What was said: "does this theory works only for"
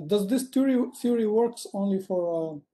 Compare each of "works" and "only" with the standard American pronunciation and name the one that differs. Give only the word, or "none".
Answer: none